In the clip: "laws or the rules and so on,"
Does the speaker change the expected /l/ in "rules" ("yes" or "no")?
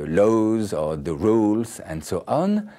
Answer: no